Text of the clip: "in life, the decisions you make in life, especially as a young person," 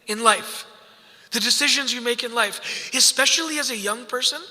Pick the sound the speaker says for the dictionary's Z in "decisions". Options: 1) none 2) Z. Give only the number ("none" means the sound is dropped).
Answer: 2